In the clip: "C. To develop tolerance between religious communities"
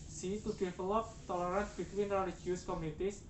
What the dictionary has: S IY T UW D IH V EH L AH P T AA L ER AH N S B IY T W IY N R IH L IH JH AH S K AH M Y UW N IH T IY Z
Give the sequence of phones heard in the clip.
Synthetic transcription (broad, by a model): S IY T UW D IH F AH L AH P T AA L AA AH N B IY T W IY N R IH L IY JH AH S K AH M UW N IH T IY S